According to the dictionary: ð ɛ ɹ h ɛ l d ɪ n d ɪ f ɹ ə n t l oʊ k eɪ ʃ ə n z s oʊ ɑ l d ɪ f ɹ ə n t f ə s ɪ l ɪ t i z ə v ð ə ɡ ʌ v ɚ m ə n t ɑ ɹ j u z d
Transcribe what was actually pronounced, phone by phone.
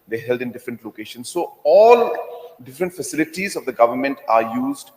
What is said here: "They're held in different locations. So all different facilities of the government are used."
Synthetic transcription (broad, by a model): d ɛ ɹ h ɛ l d ɪ n d ɪ f ɹ ə n t l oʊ k eɪ ʃ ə n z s oʊ ɑ l d ɪ f ɹ ə n t f ə s ɪ l ɪ t i z ə v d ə ɡ ʌ v ɚ m ə n t ɑ ɹ j u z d